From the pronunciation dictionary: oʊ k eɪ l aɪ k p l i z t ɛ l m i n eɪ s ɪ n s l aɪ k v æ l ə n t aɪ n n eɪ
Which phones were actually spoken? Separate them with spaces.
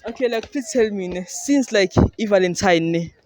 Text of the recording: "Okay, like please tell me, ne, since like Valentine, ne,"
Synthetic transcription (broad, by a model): oʊ k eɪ l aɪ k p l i t ɛ l m i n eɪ s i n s l aɪ k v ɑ l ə n t aɪ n n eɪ